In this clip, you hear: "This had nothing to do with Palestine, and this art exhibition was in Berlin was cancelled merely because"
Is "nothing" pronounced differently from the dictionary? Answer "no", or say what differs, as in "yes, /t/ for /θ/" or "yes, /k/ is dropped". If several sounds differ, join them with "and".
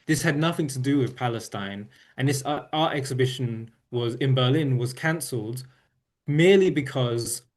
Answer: no